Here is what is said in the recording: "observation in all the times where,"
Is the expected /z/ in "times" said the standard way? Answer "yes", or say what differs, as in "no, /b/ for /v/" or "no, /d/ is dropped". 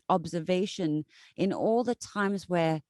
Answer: yes